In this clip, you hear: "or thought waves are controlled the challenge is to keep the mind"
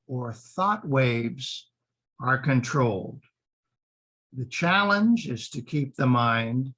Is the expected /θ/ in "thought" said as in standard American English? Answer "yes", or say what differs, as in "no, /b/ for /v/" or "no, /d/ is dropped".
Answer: yes